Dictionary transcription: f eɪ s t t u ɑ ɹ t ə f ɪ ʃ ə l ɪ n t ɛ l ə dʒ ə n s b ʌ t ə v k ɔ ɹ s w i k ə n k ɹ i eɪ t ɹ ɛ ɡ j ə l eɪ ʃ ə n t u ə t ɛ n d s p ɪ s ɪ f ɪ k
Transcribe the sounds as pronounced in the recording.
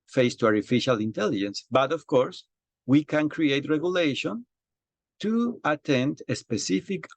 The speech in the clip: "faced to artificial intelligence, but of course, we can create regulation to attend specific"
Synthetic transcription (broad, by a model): f eɪ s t t u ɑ ɹ t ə f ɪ ʃ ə l ɪ n t ɛ l ə dʒ ə n s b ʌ t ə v k ɔ ɹ s w i k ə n k ɹ i eɪ t ɹ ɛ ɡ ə l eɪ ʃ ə n t u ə t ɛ n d s p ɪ s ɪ f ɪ k